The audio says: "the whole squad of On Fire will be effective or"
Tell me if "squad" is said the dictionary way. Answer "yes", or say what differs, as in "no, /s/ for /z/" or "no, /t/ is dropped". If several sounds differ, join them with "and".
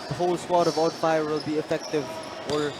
no, /k/ is dropped